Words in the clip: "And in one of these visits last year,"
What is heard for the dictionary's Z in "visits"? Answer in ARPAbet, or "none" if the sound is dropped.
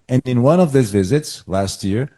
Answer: Z